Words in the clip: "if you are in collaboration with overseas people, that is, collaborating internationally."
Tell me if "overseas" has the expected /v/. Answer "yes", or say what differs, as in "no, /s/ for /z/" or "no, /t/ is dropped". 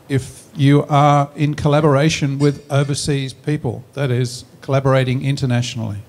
yes